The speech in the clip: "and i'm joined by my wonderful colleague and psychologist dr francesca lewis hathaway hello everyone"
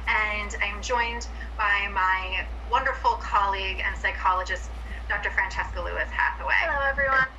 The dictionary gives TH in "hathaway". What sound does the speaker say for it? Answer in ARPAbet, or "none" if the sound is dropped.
F